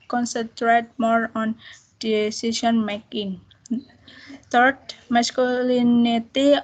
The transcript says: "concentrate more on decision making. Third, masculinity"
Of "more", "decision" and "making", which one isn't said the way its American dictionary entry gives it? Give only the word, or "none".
decision